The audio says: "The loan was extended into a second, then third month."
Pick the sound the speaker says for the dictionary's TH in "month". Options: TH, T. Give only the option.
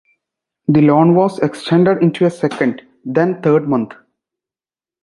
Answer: T